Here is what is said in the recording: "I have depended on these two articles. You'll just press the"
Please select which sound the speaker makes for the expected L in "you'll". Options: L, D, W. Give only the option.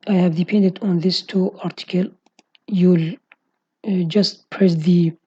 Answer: L